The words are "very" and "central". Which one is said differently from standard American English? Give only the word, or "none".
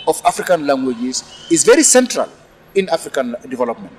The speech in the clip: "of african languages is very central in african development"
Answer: none